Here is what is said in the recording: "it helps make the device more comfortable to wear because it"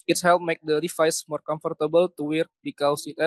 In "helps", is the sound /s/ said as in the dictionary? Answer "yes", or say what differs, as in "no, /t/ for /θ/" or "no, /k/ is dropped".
no, /s/ is dropped